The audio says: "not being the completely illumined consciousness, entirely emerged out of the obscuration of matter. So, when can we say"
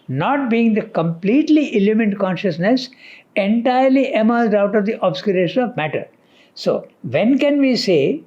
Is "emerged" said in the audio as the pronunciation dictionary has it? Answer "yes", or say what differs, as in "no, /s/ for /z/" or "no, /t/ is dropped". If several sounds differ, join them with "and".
no, /z/ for /dʒ/